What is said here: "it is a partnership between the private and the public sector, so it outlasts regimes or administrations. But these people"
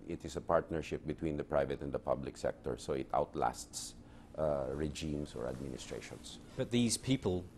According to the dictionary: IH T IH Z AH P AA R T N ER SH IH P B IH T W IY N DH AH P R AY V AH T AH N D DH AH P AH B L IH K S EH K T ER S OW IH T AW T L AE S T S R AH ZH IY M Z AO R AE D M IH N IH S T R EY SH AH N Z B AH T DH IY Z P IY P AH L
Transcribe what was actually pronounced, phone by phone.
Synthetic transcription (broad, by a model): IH T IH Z AH P AA R T N ER SH IH P B IH T W IY N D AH P R AY V AH T AH N D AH P AH B L IH K S EH K T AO S OW IH T AW T L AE S T S R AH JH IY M S AO R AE D M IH N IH S T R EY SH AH N S B AH T DH IY Z P IY P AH L